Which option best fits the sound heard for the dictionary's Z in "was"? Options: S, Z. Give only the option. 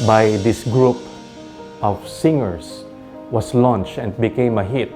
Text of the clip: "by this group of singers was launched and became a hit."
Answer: S